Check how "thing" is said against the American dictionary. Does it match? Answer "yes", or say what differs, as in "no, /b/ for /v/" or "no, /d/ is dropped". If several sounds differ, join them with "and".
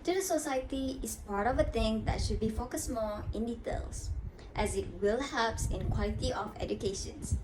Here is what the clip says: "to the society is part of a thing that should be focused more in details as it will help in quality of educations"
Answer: no, /t/ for /θ/